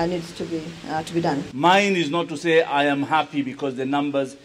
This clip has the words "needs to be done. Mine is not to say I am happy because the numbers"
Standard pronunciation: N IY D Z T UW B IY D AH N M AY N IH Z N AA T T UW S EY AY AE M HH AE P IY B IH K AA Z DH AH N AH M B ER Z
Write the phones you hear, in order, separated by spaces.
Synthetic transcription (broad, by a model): N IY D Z T UW B IY D AH N M AY N IH Z N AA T T UW S EY AY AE M HH AE P IY B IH K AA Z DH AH N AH M B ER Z